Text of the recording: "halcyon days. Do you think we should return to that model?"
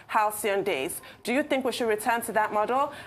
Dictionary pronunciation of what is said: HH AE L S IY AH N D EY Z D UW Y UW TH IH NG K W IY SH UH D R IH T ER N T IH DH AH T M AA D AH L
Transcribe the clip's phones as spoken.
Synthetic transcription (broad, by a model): HH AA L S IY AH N D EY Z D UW Y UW TH IH NG K W IY SH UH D R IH T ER N T IH DH AH T M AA D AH L